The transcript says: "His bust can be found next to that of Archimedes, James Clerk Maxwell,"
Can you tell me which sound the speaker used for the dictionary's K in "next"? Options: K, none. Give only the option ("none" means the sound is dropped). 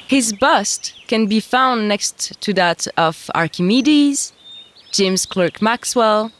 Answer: K